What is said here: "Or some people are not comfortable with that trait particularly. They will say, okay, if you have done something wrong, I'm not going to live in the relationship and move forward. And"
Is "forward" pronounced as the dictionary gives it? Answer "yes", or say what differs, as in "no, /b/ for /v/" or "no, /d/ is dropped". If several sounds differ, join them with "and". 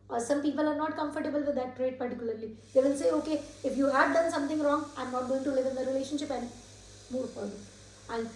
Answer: no, /d/ is dropped